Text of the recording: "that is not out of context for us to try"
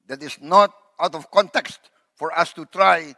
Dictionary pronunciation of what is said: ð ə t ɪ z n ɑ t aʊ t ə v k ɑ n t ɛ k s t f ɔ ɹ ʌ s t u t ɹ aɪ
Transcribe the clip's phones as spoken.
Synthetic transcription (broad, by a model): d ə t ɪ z n ɑ t aʊ t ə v k ɑ n t ɛ k s t f ɔ ɹ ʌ s t u t ɹ aɪ